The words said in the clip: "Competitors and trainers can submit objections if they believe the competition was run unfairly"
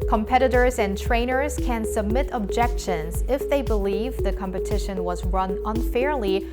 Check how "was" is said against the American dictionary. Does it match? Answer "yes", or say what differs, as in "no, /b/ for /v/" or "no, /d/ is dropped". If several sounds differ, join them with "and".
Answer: yes